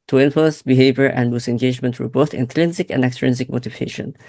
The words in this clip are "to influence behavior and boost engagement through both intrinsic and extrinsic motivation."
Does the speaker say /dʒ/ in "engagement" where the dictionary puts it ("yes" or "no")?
yes